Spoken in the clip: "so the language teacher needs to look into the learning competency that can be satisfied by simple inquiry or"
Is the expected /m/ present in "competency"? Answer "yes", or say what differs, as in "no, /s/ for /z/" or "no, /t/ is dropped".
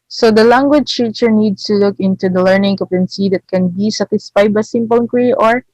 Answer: no, /m/ is dropped